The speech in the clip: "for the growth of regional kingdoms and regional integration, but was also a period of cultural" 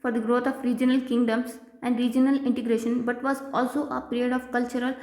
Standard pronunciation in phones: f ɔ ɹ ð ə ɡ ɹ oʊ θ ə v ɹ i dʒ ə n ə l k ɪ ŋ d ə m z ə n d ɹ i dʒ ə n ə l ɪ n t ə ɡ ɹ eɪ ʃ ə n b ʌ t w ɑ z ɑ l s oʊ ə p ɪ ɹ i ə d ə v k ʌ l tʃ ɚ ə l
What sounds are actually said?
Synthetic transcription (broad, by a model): f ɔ ɹ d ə ɡ ɹ oʊ t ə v ɹ i dʒ ə n ə l k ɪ ŋ d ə m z ə n d ɹ i dʒ ə n ə l ɪ n t ə ɡ ɹ eɪ ʃ ə n b ʌ t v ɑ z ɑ l s oʊ ə p ɪ ɹ i ə d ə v k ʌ l tʃ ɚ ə l